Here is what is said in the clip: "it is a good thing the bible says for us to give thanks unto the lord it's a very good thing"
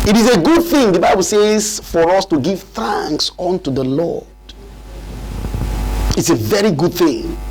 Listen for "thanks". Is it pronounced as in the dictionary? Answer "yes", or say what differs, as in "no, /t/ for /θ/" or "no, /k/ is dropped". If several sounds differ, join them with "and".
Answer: yes